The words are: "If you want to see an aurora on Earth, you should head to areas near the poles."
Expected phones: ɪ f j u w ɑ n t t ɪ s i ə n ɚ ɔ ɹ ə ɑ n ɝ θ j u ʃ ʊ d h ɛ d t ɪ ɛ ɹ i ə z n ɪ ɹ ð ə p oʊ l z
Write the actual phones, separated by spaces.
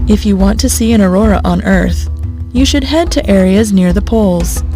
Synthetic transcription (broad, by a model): ɪ f j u w ɑ n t t ɪ s i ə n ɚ ɔ ɹ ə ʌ n ɝ θ j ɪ ʃ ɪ d h ɛ d t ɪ ɛ ɹ i ə z n ɪ ɹ ð ə p oʊ l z